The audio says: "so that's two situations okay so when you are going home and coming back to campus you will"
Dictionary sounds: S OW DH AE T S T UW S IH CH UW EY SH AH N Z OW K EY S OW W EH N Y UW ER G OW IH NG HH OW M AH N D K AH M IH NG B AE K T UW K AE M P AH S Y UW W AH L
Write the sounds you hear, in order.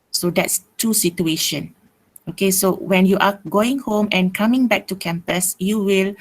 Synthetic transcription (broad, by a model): S OW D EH T S T UW S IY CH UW EY SH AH N OW K EY S OW W EH N Y UW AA G OW IH NG HH OW M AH N K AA M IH NG B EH K T UW K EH M P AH S Y UW W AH L